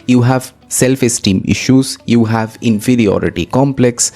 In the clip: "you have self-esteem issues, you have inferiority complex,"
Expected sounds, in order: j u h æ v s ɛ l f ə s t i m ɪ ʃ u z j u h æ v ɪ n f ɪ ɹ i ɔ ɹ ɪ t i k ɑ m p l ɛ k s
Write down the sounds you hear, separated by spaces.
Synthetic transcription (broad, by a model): j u h æ v s ɛ l f ə s t i m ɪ ʃ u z j u h æ v ɪ n f ɪ ɹ i ɔ ɹ ɪ t i k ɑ m p l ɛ k s